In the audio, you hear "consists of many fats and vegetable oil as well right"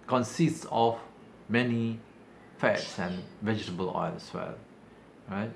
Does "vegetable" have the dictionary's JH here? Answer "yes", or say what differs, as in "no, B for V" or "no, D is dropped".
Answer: yes